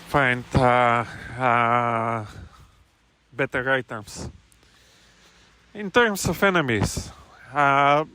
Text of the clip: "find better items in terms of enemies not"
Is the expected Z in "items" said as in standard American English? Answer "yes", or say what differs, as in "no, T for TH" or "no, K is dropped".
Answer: no, S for Z